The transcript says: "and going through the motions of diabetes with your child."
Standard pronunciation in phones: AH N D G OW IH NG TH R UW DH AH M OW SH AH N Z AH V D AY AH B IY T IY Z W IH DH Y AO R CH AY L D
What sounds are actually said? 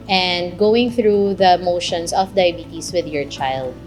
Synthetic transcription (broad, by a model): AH N D G OW IH NG TH R UW DH AH M OW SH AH N S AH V D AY B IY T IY S W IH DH Y AO R CH AY L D